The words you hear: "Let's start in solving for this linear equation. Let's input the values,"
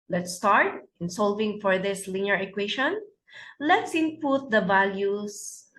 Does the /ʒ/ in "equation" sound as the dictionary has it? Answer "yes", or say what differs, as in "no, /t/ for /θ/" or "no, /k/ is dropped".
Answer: no, /ʃ/ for /ʒ/